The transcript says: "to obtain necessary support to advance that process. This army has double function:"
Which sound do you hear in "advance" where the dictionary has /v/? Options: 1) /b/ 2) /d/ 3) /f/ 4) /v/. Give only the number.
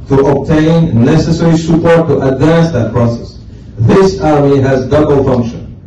4